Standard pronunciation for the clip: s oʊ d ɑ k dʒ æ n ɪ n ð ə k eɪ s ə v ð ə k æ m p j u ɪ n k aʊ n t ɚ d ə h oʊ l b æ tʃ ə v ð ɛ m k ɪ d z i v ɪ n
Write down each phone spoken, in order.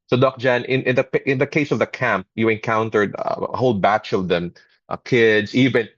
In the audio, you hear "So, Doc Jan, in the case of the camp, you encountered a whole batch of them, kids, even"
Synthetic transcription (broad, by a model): s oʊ d ɑ k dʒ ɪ n ɪ n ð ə k eɪ s ə v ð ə k æ m p j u ɪ n k aʊ n t ɚ d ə h oʊ l b æ tʃ ə v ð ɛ m k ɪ d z i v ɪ n